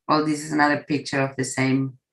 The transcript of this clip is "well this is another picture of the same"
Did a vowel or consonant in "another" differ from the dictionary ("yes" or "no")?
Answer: no